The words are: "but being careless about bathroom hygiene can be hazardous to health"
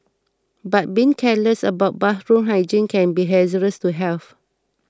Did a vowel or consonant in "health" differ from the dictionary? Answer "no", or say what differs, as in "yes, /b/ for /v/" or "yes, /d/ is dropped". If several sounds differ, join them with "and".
yes, /f/ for /θ/